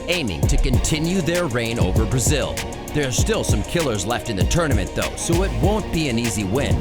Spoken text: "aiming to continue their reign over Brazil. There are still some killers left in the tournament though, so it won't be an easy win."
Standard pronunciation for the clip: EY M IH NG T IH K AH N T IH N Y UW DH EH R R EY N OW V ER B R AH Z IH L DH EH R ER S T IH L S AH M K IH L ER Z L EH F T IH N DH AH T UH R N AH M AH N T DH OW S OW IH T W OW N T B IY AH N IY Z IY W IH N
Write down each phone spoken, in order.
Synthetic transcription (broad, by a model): EY M IH NG T IH K AH N T IH N Y UW DH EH R R EY N OW V ER B R AH Z IH L DH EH R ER S T IH L S AH M K IH L ER Z L EH F T IH N DH AH T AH R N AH M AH N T DH OW S OW IH T W OW N B IY AH N IY Z IY W IH N